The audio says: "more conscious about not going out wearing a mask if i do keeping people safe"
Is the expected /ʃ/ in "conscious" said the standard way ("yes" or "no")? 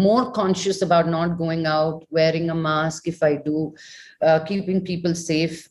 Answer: yes